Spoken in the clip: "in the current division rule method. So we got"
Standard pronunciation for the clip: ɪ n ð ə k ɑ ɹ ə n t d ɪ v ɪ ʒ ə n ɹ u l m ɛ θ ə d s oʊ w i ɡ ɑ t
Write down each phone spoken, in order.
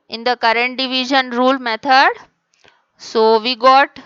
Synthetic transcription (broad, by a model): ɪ n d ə k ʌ ɹ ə n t d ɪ v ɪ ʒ ə n ɹ u l m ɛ t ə d s oʊ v i ɡ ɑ t